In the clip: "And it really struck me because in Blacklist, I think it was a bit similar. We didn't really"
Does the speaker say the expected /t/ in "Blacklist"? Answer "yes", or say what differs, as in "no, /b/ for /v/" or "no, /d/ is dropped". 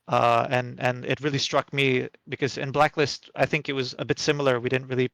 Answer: yes